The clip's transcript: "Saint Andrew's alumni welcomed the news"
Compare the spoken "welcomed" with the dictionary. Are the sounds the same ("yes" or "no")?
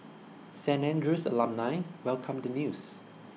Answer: yes